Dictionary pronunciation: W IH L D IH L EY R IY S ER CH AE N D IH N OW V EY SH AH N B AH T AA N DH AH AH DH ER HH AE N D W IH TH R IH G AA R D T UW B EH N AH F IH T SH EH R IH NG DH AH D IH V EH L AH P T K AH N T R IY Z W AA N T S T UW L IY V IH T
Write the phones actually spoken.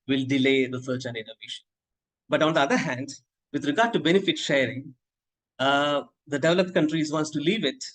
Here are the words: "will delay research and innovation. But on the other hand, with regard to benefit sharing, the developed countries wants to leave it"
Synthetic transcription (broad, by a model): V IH L D IH L EY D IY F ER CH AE N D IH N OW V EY SH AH N B AH T AA N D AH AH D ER HH AE N D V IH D R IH G AA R D T UW B EH N AH F IH T SH EH R IH NG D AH D IH V EH L AH P T K AH N T R IY Z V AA N T S T UW L IY V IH T